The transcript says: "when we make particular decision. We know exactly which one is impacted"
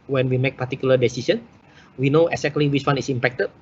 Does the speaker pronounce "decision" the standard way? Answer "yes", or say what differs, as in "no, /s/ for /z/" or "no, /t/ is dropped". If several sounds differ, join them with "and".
no, /s/ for /ʒ/